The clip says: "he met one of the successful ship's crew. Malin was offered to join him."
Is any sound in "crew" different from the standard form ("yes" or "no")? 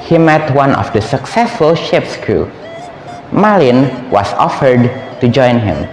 yes